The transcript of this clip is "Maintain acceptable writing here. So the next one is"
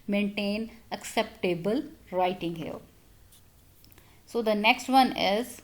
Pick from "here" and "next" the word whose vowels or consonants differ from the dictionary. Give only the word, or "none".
here